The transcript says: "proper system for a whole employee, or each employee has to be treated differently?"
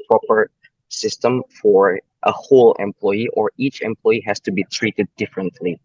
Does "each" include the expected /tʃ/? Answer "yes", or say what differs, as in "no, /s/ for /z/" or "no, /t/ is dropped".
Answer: yes